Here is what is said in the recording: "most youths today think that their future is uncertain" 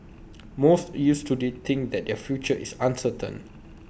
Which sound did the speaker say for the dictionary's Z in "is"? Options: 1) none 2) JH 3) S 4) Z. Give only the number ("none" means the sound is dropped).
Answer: 3